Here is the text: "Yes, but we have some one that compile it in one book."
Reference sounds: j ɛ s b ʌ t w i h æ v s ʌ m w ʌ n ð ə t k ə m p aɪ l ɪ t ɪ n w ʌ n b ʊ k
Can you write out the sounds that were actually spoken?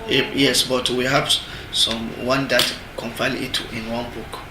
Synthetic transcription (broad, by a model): j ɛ s b ʌ t w i h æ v s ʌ m w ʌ n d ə t k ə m f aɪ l ɪ t ɪ n w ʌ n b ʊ k